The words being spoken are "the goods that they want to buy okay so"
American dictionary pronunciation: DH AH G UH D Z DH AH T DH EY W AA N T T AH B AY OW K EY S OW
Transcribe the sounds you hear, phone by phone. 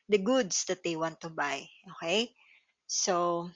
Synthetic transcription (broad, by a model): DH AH G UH D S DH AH T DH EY W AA N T T AH B AY OW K EY S OW